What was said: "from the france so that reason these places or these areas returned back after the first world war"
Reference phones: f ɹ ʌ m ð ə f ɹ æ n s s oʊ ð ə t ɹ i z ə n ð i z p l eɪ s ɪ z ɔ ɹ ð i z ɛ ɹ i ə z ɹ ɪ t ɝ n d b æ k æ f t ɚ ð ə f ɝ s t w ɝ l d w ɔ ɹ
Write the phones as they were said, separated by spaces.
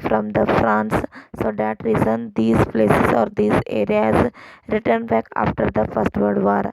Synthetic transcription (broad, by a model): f ɹ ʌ m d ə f ɹ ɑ n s s oʊ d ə t ɹ i z ə n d i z p l eɪ s ɪ z ɔ ɹ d i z ɛ ɹ i ə z ɹ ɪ t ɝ n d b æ k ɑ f t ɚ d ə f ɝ s t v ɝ d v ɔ ɹ